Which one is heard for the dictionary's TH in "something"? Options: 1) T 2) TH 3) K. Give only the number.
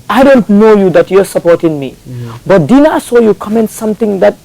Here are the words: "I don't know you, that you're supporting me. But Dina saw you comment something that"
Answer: 1